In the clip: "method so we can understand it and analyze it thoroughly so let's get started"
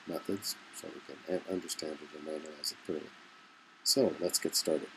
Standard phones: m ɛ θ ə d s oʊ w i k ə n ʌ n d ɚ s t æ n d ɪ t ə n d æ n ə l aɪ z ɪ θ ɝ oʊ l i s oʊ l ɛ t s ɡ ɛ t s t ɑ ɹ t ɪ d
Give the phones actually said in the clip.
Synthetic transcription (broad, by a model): m ɛ θ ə d s oʊ w i k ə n ʌ n d ɚ s t æ n d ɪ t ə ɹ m æ n ə l aɪ z ɪ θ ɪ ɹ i s oʊ l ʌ t s ɡ ɛ t s t ɑ ɹ t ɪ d